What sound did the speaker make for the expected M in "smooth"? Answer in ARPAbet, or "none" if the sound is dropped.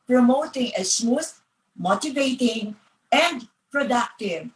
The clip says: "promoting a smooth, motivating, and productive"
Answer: none